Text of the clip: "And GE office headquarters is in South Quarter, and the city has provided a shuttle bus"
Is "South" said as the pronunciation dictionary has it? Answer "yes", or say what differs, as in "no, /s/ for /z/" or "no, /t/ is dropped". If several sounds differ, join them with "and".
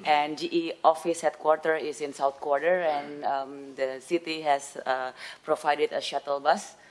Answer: no, /t/ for /θ/